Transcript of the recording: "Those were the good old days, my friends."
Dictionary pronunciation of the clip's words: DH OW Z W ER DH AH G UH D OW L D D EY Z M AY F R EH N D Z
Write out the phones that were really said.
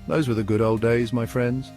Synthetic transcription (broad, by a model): DH OW Z W ER DH AH G UH D OW L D D EY Z M AY F R EH N D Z